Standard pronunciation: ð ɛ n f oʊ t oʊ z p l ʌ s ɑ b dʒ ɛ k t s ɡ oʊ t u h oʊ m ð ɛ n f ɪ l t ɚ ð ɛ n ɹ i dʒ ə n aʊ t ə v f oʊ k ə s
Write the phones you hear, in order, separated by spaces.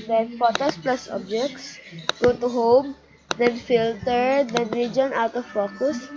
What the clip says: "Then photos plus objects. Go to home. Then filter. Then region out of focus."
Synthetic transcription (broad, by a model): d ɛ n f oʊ t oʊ s p l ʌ s ɑ b dʒ ɛ k t s ɡ oʊ t u h oʊ m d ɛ n f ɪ l t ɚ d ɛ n ɹ i dʒ ə n aʊ t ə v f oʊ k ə s